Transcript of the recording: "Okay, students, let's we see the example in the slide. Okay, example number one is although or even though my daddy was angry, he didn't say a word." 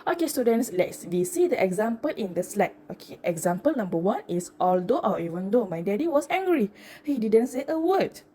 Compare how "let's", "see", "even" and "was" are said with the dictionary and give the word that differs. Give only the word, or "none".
was